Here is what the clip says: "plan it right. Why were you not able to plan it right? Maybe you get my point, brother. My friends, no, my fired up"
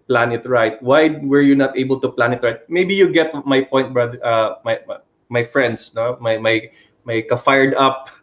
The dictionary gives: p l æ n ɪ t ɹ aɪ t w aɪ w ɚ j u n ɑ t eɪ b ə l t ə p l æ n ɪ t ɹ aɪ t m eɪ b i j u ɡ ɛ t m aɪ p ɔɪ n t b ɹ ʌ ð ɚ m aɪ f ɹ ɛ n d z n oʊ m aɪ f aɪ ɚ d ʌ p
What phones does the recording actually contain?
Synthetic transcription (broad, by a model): p l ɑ n ɪ t ɹ aɪ t w aɪ w ɚ j u n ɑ t eɪ b ə l t ə p l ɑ n ɪ t ɹ aɪ t m eɪ b i j u ɡ ɛ t m aɪ p ɔɪ n t b ɹ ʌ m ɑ m aɪ f ɹ ɛ n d s n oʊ m aɪ f aɪ ɚ d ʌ p